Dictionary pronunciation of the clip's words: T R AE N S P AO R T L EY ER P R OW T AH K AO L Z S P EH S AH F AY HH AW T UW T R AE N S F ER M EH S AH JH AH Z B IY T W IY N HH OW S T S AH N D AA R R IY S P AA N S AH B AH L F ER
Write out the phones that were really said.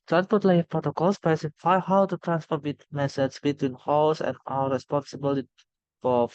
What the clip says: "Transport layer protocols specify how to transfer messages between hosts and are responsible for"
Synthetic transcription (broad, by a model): T R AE N S P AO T L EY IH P R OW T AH K AO L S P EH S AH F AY HH AW T UW T R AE N S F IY M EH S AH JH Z B IY T W IY N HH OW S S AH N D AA L R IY S P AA N S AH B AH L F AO